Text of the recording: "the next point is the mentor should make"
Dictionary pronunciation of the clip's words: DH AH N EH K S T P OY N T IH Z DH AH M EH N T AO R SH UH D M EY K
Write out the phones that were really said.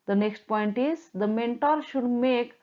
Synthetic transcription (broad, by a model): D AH N EH K S T P OY N T IH Z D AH M EH N T AO R SH UH D M EY K